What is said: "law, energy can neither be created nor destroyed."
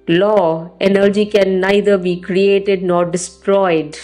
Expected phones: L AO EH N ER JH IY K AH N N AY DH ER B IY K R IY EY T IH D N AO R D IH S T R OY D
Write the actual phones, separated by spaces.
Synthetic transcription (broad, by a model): L AO EH N ER JH IY K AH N N AY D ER B IY K R IY EY T IH D N AO R D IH S T R OY D